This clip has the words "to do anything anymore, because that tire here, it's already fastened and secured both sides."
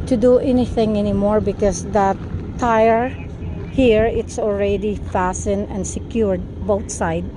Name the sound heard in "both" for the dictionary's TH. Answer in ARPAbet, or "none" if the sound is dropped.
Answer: T